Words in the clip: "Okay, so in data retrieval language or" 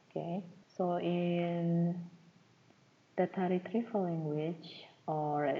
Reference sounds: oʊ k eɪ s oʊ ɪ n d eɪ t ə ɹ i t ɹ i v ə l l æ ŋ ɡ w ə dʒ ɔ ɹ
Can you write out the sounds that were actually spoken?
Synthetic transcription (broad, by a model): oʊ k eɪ s oʊ ɪ n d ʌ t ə ɹ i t ɹ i f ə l l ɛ ŋ ɡ w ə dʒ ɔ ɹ